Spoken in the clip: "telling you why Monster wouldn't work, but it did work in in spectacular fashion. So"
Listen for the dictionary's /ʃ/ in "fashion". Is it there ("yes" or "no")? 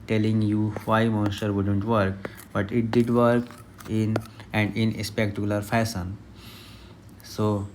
no